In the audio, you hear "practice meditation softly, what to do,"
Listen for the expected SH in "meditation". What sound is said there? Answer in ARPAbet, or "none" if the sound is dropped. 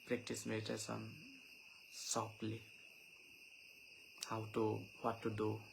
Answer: S